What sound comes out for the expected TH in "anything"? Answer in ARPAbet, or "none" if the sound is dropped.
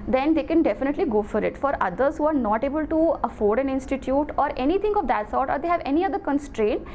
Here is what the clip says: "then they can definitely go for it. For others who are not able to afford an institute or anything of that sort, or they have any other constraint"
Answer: T